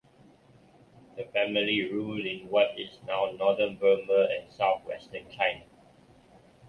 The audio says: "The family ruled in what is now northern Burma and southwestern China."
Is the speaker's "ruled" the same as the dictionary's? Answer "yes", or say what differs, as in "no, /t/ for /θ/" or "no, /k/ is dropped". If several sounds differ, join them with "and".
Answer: no, /d/ is dropped